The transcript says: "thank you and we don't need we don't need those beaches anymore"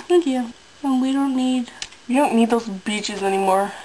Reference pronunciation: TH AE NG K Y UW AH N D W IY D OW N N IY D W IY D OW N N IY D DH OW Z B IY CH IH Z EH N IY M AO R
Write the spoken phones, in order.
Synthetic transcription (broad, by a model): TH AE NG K Y UW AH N W IY D OW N N IY D W IY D OW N N IY D DH OW Z B IY CH IH Z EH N IY M AO R